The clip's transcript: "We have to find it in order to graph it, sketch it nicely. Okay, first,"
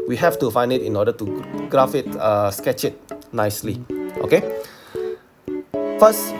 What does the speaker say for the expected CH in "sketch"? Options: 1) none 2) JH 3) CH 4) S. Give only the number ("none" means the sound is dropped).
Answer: 3